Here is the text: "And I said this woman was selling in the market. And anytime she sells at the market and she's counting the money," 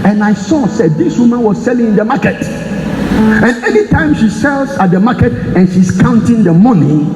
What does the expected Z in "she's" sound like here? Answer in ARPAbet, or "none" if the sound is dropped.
S